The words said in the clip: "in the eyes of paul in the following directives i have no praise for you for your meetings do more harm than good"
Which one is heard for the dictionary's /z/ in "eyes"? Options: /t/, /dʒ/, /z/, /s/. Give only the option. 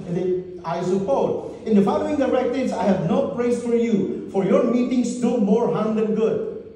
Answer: /s/